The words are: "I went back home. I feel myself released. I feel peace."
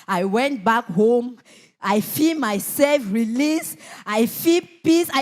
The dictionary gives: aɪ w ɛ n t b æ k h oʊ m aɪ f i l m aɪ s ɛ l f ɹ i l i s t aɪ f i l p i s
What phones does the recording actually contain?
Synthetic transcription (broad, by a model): aɪ w ɛ n t b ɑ k h oʊ m aɪ f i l m aɪ s ɛ l f ɹ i l i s aɪ f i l p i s